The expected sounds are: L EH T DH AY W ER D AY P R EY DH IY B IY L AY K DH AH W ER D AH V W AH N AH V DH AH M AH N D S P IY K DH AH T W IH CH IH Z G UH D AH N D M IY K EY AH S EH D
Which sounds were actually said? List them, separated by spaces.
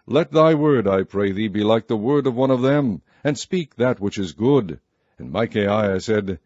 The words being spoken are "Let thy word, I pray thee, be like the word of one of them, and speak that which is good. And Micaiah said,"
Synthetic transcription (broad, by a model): L EH T DH AY W ER D AY P R EY DH IY B IY L AY K DH AH W ER D AH V W AH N AH V DH AH M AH N S P IY K DH AH T W IH CH IH Z G UH D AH N M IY K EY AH S EH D